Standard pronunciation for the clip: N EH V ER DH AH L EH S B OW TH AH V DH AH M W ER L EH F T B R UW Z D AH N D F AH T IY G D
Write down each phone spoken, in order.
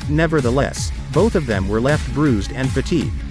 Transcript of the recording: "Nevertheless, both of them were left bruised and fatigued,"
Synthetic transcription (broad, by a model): N EH V ER DH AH L EH S B OW TH AH V DH AH M W ER L EH F T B R UW Z D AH N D F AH T IY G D